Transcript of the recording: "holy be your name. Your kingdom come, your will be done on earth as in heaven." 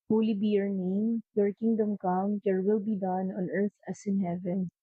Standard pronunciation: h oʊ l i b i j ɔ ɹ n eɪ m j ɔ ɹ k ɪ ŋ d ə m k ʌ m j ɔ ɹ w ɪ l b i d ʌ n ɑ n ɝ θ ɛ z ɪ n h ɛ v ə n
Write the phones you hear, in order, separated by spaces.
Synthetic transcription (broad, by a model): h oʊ l i b i j ɔ ɹ n eɪ m j ɔ ɹ k ɪ ŋ d ə m k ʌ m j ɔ ɹ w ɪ l b i d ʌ n ɑ n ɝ t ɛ s ɪ n h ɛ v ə n